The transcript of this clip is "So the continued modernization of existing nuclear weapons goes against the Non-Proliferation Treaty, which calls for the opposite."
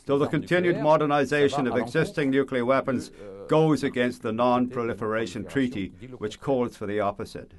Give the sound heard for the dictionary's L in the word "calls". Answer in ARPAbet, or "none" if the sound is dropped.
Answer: L